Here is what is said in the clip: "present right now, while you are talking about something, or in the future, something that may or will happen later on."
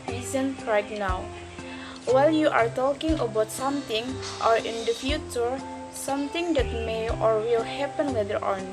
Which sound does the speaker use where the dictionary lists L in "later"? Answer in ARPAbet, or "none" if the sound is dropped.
W